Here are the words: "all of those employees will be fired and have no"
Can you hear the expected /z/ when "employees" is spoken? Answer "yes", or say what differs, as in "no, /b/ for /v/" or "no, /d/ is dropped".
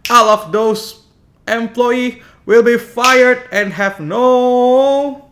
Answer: no, /z/ is dropped